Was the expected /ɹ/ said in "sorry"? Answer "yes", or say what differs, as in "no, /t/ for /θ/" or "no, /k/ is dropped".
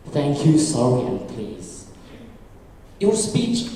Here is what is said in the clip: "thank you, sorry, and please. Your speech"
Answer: no, /ɹ/ is dropped